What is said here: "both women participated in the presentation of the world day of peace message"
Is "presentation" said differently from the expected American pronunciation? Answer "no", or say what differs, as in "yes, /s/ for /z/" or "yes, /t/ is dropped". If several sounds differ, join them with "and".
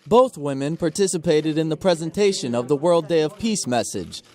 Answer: no